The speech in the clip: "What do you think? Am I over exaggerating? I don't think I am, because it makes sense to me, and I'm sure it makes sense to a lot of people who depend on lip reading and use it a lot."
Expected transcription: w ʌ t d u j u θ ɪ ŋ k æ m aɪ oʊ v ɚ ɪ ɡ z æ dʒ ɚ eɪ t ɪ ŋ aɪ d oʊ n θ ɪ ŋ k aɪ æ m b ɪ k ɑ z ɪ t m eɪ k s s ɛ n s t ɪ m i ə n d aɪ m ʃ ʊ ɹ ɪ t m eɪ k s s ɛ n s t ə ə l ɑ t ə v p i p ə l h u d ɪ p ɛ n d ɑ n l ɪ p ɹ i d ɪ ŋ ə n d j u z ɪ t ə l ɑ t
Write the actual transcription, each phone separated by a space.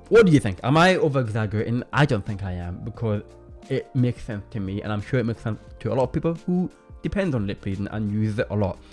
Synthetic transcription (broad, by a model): w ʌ t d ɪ j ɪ θ ɪ ŋ k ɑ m aɪ oʊ v ɚ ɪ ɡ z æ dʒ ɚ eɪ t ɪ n aɪ d oʊ n θ ɪ ŋ k aɪ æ m b ɪ k ɑ z ɪ t m eɪ k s s ɛ n s t ɪ m i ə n aɪ m ʃ ʊ ɹ ɪ t m eɪ k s s ɛ n s t ə ə l ɑ t ə v p i p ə l h u d ɪ p ɛ n d n l ɪ p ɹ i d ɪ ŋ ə n j u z ɪ t ə l ɑ t